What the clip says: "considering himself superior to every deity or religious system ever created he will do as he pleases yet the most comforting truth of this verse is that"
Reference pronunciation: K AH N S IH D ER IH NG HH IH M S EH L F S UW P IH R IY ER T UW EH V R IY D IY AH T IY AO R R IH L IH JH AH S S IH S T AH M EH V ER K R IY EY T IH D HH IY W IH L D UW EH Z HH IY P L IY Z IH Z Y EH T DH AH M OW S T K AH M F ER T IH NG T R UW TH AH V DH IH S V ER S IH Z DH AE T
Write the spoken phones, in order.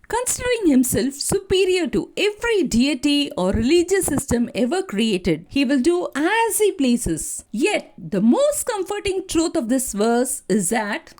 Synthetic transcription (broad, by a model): K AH N S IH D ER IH NG HH IH M S EH L F S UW P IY R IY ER T UW EH V R IY D IY AH T IY AO R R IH L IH JH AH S S IH S T AH M EH V ER K R IY EY T IH D HH IY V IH L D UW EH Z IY P L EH S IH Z Y EH T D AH M OW S T K AH M F ER T IH NG T R UW T AH V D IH S V ER S IH Z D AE T